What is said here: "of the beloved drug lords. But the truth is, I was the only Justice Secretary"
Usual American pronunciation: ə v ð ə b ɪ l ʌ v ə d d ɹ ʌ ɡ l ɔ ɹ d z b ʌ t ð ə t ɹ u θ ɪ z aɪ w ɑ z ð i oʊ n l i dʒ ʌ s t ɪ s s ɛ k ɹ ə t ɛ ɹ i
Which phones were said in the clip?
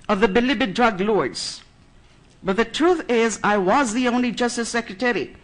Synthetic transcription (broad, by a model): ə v ð ə b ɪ l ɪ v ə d d ɹ ʌ ɡ l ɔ ɹ d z b ʌ t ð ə t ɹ u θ ɪ z aɪ w ɑ z ð i oʊ n l i dʒ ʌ s t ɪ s s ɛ k ɹ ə t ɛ ɹ i